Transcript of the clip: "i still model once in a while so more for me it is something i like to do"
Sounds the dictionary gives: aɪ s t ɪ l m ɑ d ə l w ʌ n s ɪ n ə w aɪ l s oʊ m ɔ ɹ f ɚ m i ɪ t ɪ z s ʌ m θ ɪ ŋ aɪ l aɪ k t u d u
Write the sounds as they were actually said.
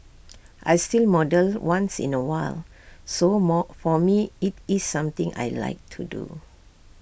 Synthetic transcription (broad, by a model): aɪ s t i l m ɑ d ə l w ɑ n s ɪ n ə w aɪ l s oʊ m ɔ f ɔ m i ɪ t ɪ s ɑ m t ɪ ŋ aɪ l aɪ k t u d u